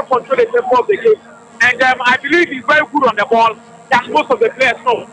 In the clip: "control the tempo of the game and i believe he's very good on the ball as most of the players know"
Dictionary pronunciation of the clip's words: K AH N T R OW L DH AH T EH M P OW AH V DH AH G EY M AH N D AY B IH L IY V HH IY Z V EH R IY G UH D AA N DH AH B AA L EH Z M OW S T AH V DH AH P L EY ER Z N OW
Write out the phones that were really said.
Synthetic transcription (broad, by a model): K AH N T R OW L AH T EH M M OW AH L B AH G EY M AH N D AY B IH L IY V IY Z V EH R IY G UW D AA N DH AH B AA L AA S M OW S T AH V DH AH P L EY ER S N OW